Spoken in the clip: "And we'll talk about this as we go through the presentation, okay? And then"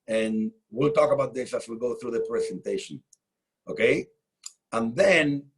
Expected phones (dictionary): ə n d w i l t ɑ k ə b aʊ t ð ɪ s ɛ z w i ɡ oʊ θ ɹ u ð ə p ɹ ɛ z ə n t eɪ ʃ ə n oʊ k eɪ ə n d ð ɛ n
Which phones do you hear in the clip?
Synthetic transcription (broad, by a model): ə n w i l t ɑ k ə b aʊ t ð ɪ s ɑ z w i ɡ oʊ θ ɹ u ð ə p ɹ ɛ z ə n t eɪ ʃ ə n oʊ k eɪ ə n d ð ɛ n